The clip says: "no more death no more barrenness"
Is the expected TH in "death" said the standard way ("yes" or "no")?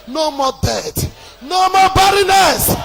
no